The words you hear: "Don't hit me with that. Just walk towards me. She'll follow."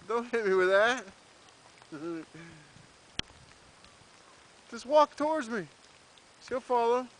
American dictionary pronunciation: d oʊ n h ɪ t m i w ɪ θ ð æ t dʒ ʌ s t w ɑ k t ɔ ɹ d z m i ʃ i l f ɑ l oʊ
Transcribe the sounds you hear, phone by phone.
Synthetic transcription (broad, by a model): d oʊ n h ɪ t m i w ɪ ð æ t dʒ ʌ s t w ɑ k t ɔ ɹ d z m i s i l f ɑ l oʊ